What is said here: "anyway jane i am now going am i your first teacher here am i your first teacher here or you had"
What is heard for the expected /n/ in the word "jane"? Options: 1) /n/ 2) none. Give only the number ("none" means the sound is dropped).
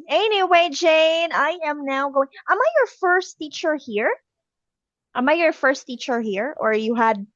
1